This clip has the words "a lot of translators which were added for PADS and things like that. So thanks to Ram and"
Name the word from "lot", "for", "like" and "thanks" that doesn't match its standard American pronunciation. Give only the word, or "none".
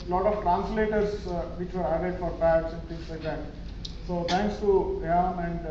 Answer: thanks